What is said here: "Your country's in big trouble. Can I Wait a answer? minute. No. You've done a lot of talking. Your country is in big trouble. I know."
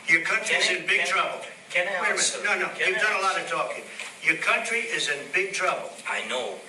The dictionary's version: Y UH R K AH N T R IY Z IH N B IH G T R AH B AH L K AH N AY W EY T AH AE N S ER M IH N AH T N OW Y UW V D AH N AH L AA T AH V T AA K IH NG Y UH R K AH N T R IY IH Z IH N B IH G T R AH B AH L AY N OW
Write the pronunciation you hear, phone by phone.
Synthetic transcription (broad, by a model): Y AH R K AH N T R IY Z IH N B IH G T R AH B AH L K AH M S N AO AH N OW Y UW V D AH N AH L AA T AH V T AA K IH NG Y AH R K AH N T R IY IH Z IH N B IH G T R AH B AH L AY N OW